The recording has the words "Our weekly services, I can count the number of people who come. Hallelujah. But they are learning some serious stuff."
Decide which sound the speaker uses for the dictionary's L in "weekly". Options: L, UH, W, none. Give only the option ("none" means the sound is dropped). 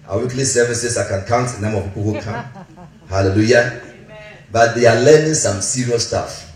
L